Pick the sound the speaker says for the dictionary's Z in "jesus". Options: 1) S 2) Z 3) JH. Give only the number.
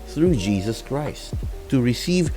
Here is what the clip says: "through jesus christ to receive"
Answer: 2